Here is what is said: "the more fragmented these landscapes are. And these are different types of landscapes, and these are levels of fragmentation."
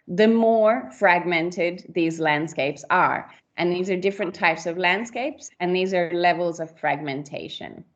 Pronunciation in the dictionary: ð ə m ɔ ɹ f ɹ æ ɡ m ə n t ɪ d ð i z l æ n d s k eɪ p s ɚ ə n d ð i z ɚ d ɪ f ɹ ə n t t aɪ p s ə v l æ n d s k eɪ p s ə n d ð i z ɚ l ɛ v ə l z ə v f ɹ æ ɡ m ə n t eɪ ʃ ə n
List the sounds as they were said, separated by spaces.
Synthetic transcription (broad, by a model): ð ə m ɔ ɹ f ɹ æ ɡ m ə n t ɪ d ð i z l æ n d s k eɪ p s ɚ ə n ð i z ɚ d ɪ f ɹ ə n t t aɪ p s ə v l æ n d s k eɪ p s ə n ð i z ɚ l ɛ v ə l z ə v f ɹ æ ɡ m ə n t eɪ ʃ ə n